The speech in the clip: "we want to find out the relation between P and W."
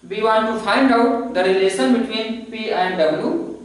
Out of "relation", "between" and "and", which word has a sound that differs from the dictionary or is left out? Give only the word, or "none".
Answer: relation